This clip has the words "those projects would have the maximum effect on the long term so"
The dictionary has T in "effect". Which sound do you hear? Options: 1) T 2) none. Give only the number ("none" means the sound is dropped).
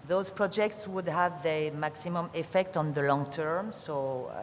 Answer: 1